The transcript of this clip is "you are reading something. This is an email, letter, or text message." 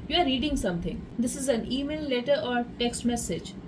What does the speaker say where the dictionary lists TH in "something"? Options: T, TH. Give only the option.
T